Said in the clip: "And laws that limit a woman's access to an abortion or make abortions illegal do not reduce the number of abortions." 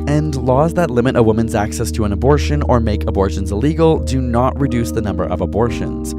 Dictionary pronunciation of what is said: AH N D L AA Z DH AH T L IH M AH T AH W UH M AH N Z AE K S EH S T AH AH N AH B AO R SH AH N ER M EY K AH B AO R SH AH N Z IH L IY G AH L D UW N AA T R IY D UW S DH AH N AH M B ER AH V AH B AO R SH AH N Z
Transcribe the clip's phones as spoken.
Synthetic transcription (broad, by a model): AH N L AA Z DH AH T L IH M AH T AH W UH M AH N Z AE K S EH S T AH AH N AH B AO R SH AH N ER M EY K AH B AO R SH AH N Z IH L IY G L D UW N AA T R IY D UW S DH AH N AH M B ER AH V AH B AO R SH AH N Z